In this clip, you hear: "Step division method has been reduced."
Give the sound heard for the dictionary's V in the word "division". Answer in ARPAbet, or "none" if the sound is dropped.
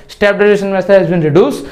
none